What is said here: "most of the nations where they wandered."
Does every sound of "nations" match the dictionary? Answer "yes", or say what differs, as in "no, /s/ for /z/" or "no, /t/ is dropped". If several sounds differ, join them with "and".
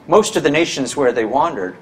yes